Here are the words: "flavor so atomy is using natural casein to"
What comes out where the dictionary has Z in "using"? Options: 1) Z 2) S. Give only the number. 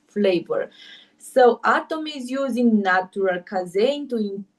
1